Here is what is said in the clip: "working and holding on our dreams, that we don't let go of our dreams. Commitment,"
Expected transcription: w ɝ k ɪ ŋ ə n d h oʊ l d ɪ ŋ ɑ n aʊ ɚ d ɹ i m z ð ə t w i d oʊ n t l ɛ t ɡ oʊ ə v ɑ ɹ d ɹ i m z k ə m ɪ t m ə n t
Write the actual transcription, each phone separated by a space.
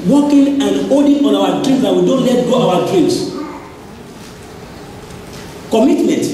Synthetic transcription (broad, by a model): w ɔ k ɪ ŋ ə n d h oʊ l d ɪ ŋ ɑ n aʊ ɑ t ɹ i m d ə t w i d oʊ n t l ɛ t ɡ oʊ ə w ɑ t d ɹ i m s k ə m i t m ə n t